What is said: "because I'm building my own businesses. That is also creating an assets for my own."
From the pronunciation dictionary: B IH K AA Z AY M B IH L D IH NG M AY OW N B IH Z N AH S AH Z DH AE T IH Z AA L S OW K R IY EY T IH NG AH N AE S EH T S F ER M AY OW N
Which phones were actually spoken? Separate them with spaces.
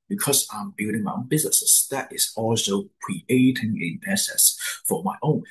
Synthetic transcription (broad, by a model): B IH K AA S AY M B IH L D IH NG M AY OW N B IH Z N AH S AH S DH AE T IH S AA L S OW K R IY EY T IH NG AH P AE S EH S F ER M AY OW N